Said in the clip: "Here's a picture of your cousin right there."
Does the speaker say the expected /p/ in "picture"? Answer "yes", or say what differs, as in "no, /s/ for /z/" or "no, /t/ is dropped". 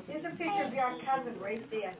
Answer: no, /f/ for /p/